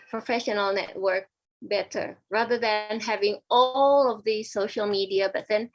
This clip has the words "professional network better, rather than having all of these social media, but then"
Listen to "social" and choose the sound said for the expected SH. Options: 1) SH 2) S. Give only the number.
1